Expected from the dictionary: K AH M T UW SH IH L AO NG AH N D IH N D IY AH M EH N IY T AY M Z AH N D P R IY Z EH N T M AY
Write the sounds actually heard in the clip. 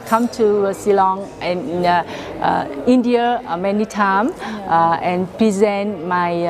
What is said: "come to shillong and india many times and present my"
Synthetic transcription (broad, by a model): K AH M T UW S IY L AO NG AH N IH N D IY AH M EH N IY T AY M AH N P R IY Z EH N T M AY